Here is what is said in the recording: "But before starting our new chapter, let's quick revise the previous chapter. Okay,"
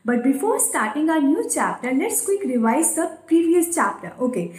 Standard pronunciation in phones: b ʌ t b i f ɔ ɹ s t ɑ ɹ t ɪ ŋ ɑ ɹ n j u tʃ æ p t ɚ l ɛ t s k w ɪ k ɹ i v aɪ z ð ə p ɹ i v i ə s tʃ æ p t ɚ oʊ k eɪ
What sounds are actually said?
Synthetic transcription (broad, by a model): b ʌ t b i f ɔ ɹ s t ɑ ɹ t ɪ ŋ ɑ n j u tʃ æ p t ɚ n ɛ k s k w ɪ k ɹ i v aɪ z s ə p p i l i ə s tʃ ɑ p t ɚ oʊ k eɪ